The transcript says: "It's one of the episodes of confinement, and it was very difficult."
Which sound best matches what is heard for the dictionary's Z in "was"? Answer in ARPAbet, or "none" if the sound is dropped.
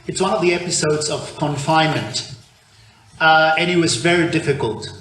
Z